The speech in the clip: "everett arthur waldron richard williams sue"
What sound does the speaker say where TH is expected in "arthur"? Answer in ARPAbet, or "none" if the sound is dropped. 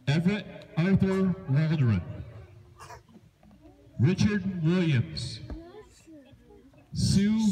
TH